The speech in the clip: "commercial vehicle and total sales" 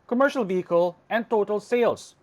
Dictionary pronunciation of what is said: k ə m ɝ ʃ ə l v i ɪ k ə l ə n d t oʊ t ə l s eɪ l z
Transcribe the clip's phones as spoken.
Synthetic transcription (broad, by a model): k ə m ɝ ʃ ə l v i ɪ k ə l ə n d t oʊ t ə l s eɪ l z